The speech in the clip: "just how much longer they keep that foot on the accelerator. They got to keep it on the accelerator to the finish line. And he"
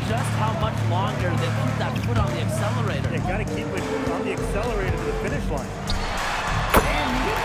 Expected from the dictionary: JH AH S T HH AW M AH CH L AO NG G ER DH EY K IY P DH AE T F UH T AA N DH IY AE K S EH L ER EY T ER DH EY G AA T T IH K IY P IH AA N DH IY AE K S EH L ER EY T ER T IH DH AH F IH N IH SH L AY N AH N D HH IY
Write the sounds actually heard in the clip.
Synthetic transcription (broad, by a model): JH AH S T HH AW M AH CH L AO NG G ER DH EY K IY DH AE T P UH T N DH IY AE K S EH L ER EY T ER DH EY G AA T T IH K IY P IH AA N DH IY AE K S EH L ER EY T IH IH DH AH F IH N IH SH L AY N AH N